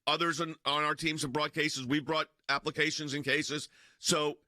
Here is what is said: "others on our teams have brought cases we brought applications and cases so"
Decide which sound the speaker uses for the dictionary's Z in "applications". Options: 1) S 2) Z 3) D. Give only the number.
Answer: 2